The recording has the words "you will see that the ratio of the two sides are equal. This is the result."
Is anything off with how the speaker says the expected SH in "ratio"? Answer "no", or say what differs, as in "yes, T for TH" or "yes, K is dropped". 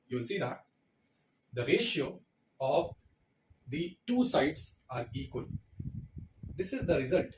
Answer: no